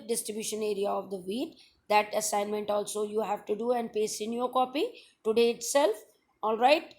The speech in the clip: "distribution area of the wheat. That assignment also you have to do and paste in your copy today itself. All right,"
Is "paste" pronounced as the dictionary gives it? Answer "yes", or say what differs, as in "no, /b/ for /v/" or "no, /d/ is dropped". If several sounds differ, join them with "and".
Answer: no, /t/ is dropped